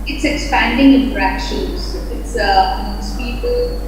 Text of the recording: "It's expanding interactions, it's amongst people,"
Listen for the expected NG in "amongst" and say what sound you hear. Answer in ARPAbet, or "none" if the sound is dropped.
none